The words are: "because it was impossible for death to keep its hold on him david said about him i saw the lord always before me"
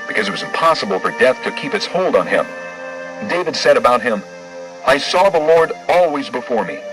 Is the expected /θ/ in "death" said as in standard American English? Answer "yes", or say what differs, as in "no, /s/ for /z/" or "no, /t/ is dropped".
yes